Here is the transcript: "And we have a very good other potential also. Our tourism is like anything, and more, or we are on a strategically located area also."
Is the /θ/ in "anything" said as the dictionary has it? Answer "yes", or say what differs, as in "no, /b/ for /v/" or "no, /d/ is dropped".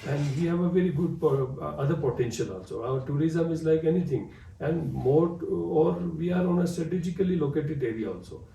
no, /t/ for /θ/